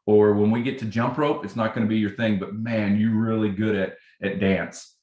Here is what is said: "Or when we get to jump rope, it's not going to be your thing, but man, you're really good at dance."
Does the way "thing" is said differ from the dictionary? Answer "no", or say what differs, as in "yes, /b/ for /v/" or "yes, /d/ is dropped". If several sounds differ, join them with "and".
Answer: no